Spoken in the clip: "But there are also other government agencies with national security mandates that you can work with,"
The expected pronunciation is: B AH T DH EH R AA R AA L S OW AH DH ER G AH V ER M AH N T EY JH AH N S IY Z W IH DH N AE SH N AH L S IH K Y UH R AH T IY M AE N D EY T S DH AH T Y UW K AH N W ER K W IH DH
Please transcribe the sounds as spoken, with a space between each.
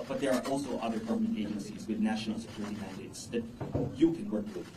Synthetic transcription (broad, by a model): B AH T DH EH R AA R AA L S OW AH DH ER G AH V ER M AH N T EY JH AH N S IY Z W IH DH N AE SH N L S IH K Y UH R AH T IY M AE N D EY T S DH AH T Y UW K AH N W ER K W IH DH